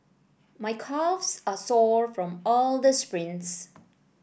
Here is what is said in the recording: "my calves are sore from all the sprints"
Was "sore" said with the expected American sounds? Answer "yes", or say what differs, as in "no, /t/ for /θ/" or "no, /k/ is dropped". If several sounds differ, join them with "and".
yes